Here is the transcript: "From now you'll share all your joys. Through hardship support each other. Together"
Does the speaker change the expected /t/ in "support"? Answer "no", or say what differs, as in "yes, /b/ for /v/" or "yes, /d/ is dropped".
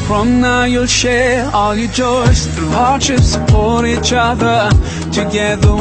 yes, /t/ is dropped